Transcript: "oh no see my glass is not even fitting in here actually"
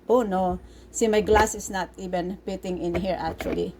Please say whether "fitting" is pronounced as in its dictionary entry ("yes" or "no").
no